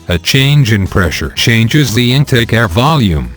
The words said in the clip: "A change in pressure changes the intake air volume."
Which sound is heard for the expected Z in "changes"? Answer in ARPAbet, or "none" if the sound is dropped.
Z